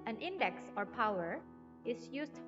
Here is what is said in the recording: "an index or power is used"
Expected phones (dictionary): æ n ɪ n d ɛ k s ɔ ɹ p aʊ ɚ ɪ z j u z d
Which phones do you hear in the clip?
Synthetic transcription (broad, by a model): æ n ɪ n d ɛ k s ɔ ɹ p aʊ ɚ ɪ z j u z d